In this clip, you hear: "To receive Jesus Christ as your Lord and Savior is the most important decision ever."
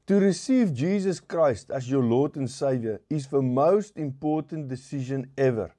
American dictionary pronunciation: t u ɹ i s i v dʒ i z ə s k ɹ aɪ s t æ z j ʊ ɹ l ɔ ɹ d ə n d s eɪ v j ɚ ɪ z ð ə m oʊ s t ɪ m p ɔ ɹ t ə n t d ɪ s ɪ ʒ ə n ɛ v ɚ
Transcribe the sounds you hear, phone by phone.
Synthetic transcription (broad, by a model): t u ɹ i s i v dʒ i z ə s k ɹ aɪ s t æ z j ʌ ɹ l ɔ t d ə n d s eɪ v j ɚ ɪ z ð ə m oʊ s t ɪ m p ɔ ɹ t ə n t d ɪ s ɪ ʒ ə n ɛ v ɚ